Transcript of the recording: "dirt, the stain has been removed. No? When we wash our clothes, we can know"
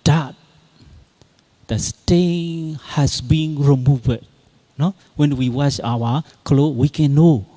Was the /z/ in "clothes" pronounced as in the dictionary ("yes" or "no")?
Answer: no